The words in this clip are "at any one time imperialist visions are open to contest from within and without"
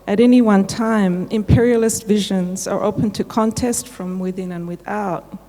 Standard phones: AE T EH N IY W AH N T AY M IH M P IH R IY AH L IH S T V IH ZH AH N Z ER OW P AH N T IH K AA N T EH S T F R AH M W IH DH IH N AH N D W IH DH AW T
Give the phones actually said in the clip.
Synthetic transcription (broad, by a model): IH T EH N IY W AH N T AY M IH M P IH R IY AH L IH S T V IH ZH AH N Z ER OW P AH N T IH K AA N T EH S T F R AH M W IH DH IH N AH N W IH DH AW T